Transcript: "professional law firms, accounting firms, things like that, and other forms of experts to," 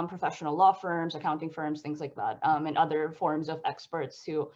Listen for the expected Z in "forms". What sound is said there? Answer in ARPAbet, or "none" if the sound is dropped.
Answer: Z